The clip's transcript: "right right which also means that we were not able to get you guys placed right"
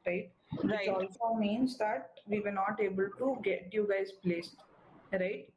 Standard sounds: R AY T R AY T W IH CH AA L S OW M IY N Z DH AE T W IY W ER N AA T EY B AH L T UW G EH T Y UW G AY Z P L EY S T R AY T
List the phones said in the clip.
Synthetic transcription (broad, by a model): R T R AY T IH AA L S OW M IY N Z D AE T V IY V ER N AA T EY B AH L T UW G EH T Y UW G AY Z P L EY S T R AY T